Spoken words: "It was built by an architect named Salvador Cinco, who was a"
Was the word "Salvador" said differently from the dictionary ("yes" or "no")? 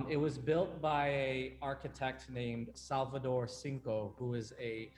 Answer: no